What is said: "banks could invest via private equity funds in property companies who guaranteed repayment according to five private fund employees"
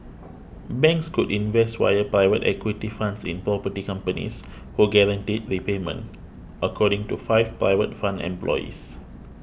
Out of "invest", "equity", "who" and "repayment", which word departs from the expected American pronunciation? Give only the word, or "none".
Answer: none